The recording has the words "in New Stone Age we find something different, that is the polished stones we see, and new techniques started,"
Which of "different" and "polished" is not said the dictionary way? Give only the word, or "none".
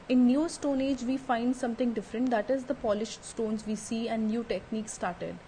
none